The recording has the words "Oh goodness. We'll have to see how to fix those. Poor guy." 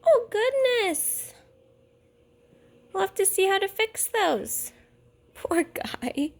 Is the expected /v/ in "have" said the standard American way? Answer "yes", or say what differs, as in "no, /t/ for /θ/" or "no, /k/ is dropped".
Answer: no, /f/ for /v/